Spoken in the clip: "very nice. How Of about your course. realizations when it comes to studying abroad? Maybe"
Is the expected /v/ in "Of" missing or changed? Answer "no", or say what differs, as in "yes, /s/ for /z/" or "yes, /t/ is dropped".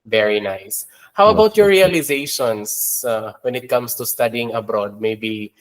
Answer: yes, /w/ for /v/